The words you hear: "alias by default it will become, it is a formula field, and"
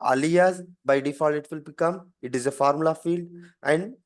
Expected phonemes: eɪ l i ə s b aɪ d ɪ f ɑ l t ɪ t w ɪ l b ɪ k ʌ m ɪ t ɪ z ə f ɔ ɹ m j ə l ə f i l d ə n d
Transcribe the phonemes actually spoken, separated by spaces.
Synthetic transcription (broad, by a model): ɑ l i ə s b aɪ d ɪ f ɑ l ɪ t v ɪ l b ɪ k ʌ m ɪ t ɪ z ə f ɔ ɹ m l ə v f i l d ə n d